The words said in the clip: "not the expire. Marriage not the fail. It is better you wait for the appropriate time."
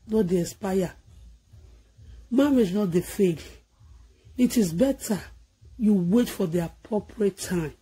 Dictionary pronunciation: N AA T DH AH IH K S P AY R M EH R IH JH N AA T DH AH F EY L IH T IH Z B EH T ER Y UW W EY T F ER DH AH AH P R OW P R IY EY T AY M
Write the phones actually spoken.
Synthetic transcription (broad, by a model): N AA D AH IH S P AY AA M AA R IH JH N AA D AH F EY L IH T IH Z B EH T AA Y UW W EY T F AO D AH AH P R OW P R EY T AY M